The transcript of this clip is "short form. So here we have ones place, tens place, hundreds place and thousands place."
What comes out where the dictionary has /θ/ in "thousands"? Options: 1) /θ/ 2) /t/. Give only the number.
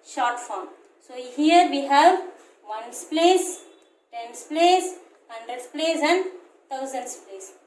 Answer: 2